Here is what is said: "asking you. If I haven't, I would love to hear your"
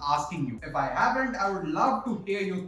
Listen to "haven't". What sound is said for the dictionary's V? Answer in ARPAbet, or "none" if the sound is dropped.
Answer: P